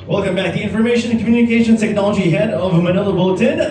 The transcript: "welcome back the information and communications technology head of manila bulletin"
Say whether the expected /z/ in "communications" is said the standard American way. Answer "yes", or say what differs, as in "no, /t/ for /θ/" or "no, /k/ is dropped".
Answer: no, /z/ is dropped